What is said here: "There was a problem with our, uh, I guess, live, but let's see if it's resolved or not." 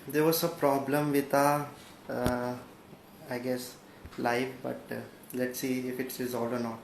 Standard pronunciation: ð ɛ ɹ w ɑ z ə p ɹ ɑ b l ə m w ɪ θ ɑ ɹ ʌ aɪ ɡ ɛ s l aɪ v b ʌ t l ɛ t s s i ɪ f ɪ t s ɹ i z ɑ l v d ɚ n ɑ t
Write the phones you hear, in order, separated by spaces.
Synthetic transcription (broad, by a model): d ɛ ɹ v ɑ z ə p ɹ ɑ b l ə m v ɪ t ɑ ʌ aɪ ɡ ɛ s l aɪ f b ʌ t l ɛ t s s i ɪ f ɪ t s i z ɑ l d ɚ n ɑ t